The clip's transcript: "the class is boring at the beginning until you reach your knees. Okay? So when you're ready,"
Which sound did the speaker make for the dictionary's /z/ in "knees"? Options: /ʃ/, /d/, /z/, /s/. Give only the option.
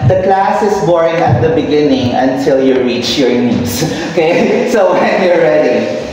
/s/